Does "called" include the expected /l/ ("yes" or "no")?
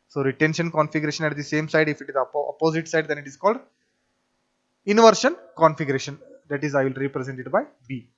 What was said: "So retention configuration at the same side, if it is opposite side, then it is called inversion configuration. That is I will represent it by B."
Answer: yes